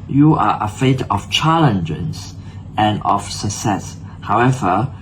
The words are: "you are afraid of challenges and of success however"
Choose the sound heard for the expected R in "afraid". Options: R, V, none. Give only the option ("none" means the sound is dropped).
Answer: none